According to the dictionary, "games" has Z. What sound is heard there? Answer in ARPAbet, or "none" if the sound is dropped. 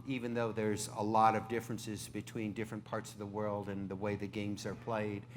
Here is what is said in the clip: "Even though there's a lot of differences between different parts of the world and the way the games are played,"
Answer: Z